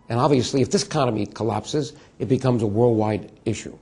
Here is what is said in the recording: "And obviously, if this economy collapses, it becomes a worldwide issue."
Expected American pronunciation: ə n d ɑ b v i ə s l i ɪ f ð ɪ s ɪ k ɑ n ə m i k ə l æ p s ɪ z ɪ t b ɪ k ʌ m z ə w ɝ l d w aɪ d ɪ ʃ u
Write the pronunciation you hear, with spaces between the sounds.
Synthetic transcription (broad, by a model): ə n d ɑ b v i ə s l i ɪ f ð ɪ s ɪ k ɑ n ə m i k ə l æ p s ɪ z ɪ t b ɪ k ʌ m z ə w ɝ l d w aɪ d ɪ ʃ u